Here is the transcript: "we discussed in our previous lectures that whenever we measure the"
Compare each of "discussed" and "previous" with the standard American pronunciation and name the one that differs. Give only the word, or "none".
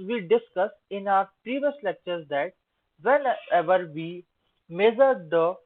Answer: discussed